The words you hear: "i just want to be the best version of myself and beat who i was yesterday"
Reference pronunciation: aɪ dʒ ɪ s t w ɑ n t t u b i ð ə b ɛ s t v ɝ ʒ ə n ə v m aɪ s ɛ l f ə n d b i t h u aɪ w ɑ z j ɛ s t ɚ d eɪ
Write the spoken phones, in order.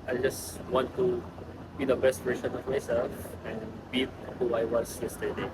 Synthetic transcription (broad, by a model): aɪ dʒ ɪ s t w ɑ n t t u b i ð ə b ɛ s t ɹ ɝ s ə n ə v m aɪ s ɛ l f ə n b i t h u aɪ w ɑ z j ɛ s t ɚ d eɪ